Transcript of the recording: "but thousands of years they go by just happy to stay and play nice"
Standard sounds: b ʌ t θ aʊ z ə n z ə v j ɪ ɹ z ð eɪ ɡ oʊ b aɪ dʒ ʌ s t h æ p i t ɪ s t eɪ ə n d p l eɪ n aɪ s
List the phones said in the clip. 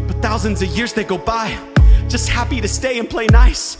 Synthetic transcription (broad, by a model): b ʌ t θ aʊ z ə n z ə v j ɪ ɹ z ð eɪ ɡ oʊ b aɪ dʒ ʌ s t h æ p i t ɪ s t eɪ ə n p l eɪ n aɪ s